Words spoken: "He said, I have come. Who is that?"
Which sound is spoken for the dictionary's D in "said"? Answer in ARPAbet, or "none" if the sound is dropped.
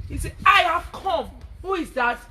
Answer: none